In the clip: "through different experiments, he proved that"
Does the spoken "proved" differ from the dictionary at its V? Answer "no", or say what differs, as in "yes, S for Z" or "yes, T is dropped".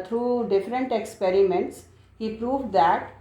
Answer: no